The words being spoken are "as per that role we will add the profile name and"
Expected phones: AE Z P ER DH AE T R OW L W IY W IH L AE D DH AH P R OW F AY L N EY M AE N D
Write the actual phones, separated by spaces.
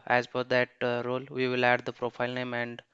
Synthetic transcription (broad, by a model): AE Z F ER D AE T R OW L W IY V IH L AE D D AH P R OW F AY L N EY M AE N D